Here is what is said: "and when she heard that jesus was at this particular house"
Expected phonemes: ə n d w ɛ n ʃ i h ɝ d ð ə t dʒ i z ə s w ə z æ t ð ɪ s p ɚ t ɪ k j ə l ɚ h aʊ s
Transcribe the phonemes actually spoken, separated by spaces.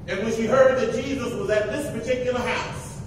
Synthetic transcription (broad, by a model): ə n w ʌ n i h ɝ d ð ə t dʒ i z ə s w ə z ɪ t ð ɪ s p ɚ t ɪ k j l ɚ h aʊ s